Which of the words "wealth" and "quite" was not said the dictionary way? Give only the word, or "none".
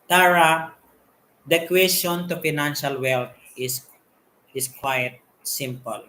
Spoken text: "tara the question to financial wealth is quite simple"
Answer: wealth